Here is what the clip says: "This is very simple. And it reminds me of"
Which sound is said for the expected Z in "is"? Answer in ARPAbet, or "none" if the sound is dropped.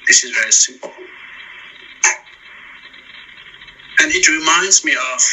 Z